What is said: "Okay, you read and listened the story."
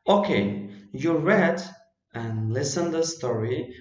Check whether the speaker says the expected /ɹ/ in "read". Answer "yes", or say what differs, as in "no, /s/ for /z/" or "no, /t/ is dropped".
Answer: yes